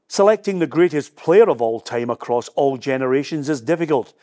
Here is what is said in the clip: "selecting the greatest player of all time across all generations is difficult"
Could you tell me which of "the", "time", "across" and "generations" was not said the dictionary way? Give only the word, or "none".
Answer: none